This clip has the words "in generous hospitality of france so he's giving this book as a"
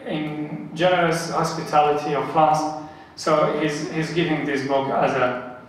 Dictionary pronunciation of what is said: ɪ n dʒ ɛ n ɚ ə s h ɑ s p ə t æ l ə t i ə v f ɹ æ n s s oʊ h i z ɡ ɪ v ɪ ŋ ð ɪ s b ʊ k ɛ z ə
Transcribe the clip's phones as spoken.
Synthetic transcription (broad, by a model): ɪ n dʒ ɛ n ɚ ə s h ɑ s p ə t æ l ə t i ə v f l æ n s s oʊ h i z ɡ ɪ v ɪ ŋ ð ɪ s b ʊ k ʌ z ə